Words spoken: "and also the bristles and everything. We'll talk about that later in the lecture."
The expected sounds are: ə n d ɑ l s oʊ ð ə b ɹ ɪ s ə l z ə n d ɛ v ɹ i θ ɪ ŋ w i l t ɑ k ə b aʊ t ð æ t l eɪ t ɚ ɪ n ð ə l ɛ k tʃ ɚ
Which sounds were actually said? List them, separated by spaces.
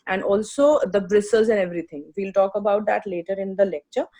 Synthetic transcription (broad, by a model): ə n d ɑ l s oʊ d ə b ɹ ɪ s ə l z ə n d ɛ v ɹ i t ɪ ŋ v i l t ɑ k ə b aʊ t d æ t l eɪ t ɚ ɪ n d ə l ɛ k tʃ ɚ